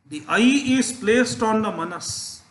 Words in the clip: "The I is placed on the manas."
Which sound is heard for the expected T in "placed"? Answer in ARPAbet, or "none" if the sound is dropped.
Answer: T